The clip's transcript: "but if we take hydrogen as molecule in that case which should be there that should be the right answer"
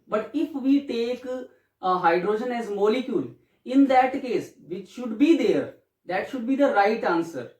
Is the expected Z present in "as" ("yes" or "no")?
yes